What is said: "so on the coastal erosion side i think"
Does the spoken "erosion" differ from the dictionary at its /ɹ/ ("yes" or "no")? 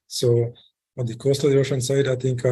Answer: yes